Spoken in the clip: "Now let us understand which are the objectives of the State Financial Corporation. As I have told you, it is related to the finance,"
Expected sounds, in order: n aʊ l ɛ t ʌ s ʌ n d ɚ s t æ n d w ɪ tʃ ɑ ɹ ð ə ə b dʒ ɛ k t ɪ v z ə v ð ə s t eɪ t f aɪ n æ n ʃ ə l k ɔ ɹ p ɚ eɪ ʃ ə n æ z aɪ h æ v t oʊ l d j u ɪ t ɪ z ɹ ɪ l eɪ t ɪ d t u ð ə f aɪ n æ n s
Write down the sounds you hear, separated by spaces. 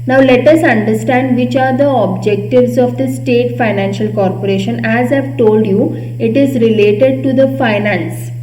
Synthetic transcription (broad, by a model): n aʊ l ɛ t ʌ s ʌ n d ɚ s t æ n d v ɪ tʃ ɑ ɹ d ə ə b dʒ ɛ k t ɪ v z ə v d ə s t eɪ t f aɪ n æ n ʃ ə l k ɔ ɹ p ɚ eɪ ʃ ə n æ z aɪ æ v t oʊ l d j u ɪ t ɪ z ɹ ɪ l eɪ t ɪ d t u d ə f aɪ n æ n s